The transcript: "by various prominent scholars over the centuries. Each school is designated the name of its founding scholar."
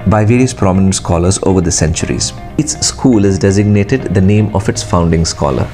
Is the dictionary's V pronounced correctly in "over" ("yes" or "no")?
yes